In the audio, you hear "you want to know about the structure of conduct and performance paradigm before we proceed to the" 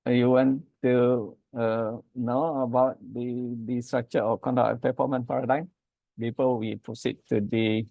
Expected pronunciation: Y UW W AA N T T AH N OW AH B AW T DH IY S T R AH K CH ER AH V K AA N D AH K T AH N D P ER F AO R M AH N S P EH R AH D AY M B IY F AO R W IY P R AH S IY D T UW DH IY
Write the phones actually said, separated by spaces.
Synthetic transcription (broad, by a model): Y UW W AA N T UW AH N OW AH B AW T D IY S T R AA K CH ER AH K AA N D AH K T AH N P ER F AO M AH N P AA R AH D AY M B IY P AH L W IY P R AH S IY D T UW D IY